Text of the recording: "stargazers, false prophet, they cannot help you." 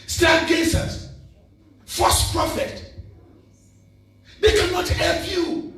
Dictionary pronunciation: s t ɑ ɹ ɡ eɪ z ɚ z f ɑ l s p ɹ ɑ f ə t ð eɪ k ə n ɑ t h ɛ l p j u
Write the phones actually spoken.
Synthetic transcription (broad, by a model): s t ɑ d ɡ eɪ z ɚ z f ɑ s p ɹ ɑ f ə t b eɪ k ə n ɑ t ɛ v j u